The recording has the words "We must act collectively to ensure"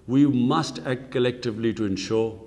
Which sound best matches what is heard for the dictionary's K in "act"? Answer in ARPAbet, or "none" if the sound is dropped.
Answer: K